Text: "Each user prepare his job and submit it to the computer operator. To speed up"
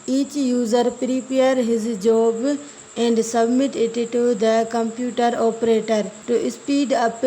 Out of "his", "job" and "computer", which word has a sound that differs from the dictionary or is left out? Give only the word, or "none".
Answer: none